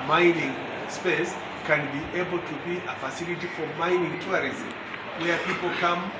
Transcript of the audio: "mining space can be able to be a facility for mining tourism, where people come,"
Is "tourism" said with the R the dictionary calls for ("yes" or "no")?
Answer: no